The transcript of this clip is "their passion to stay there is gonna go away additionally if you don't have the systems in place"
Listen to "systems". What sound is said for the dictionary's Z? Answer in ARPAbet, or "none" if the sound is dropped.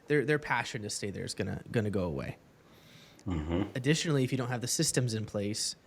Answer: Z